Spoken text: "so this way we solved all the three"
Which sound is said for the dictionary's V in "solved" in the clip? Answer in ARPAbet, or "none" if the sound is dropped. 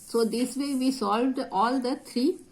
V